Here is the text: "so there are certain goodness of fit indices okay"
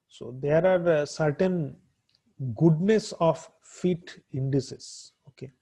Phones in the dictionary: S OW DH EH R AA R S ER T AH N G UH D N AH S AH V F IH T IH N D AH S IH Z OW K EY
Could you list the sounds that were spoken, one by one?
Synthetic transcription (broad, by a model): S OW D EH R AA R S ER T AH N G UH D N AH S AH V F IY T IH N D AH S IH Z OW K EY